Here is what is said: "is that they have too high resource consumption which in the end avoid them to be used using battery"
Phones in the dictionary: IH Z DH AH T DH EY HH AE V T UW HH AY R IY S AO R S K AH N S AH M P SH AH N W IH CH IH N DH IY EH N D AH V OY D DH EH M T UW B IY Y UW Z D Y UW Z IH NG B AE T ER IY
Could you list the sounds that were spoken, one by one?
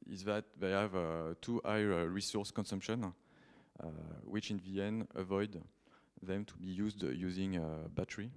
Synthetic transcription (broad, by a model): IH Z DH AH T DH EY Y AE V T UW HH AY R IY S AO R S K AH N S AH M P SH AH N W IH CH IH N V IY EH N AH V OY D DH EH M T UW B IY Y UW Z D Y UW Z IH NG B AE T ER IY